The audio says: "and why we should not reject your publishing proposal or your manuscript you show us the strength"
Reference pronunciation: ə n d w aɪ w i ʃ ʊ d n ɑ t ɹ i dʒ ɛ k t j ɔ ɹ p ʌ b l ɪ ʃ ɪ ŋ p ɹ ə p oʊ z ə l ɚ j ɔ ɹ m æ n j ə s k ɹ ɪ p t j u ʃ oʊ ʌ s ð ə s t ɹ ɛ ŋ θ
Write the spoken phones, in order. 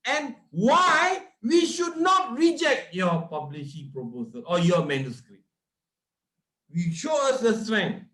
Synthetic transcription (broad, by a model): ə n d w aɪ w i ʃ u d n ɑ t ɹ i dʒ ɛ k t j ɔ p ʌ b l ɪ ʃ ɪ p ɹ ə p oʊ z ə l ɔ j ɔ m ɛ n j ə s k ɹ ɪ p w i ʃ oʊ ʌ s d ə s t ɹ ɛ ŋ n